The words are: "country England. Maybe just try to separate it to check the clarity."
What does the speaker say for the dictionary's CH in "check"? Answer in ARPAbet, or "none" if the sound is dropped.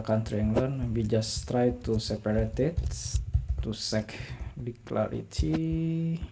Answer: S